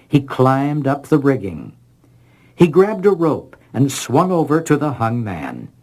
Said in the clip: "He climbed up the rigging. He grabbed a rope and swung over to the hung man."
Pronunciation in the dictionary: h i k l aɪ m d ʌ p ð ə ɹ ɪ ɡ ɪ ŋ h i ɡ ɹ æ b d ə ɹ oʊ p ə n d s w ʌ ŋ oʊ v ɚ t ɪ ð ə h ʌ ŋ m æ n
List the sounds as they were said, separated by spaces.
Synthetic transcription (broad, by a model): h i k l aɪ m d ʌ p ð ə ɹ ɪ ɡ ɪ ŋ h i ɡ ɹ æ b d ə ɹ oʊ p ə n s w ʌ ŋ oʊ v ɚ t ɪ ð ə h ʌ ŋ m æ n